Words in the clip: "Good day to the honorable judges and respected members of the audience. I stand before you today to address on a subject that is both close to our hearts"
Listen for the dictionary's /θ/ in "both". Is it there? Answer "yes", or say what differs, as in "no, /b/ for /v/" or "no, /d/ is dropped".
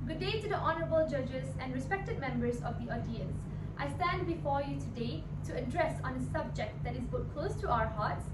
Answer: no, /t/ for /θ/